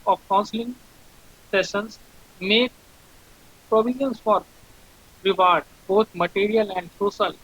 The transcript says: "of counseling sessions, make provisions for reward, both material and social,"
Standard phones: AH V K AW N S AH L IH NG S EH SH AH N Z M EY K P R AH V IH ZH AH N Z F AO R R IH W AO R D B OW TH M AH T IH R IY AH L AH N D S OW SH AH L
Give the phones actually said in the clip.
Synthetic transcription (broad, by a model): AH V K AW N S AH L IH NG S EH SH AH N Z M EY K P R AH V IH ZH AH N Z F AO R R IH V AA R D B OW T M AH T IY R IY AH L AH N D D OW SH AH L